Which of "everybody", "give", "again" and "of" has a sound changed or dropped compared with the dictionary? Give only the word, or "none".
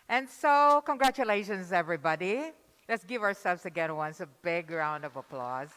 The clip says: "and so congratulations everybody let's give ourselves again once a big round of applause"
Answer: none